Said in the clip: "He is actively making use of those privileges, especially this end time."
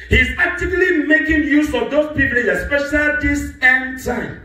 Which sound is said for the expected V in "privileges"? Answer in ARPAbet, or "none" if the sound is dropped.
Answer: P